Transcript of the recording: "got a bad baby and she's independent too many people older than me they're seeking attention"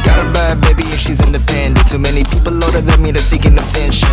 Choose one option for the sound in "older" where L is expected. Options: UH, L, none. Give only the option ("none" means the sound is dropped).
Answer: none